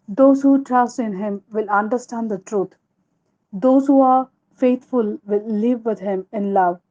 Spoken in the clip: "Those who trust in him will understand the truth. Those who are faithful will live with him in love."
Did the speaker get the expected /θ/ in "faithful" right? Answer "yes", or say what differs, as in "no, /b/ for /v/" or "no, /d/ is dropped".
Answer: no, /t/ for /θ/